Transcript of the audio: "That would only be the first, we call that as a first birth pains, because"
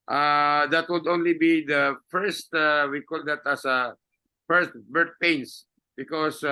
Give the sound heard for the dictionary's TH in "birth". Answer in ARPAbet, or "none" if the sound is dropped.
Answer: T